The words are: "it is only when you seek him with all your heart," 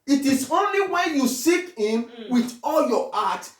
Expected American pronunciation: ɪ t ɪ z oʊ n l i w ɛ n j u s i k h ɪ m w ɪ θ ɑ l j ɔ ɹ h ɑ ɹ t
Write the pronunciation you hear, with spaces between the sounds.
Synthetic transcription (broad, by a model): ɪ t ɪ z oʊ n l i w ɛ n j u s i k h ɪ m w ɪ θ ɑ l j ɔ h ɑ t